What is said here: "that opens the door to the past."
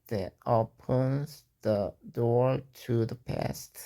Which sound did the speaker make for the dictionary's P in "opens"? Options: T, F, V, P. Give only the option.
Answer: P